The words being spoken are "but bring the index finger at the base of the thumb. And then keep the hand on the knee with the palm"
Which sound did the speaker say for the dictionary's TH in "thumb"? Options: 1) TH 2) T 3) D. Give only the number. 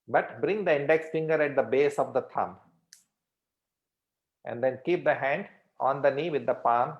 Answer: 2